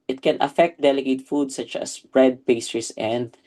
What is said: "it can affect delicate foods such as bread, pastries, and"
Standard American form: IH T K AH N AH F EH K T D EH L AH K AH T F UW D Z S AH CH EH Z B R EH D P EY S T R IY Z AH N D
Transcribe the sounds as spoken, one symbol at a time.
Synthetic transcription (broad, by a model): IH T K AH N AH F EH K T D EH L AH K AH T F UW D S AH CH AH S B R EH D P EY S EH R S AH N D